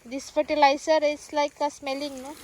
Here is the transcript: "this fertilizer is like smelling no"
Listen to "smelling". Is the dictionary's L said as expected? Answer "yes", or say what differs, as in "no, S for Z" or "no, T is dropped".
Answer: yes